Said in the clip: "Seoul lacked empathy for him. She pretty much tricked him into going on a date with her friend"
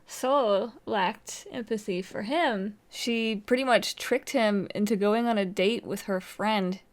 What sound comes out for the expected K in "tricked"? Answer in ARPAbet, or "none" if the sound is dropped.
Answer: K